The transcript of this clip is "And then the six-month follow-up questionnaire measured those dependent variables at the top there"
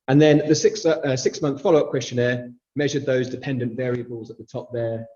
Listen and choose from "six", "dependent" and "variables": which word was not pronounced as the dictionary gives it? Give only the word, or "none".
none